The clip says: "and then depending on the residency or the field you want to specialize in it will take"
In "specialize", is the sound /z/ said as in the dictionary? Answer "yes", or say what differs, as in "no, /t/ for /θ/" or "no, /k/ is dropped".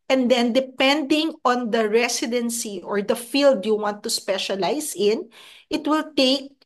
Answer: no, /s/ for /z/